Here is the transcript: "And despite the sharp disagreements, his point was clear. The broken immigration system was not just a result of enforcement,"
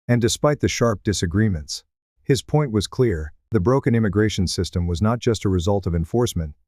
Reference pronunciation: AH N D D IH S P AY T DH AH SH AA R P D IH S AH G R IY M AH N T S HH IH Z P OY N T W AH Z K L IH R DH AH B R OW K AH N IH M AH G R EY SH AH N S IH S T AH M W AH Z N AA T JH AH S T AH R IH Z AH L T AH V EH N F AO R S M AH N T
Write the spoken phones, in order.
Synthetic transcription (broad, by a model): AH N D D IH S P AY T DH AH SH AA R P D IH S AH G R IY M AH N T S HH IH Z P OY N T W AH Z K L IH R DH AH B R OW K AH N IH M AH G R EY SH AH N S IH S T AH M W AH Z N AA T JH AH S T AH R IH Z AH L T AH V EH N F AO R S M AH N T